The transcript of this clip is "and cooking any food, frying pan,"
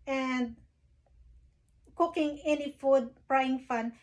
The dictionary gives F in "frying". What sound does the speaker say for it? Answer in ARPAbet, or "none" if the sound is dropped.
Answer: P